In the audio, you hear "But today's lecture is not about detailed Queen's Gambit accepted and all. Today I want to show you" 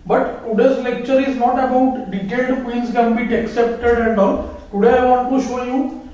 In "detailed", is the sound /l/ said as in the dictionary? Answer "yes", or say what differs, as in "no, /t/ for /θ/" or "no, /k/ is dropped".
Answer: no, /l/ is dropped